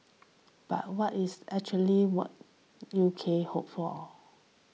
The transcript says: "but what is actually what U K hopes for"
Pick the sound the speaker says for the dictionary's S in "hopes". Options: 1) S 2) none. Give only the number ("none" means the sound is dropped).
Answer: 2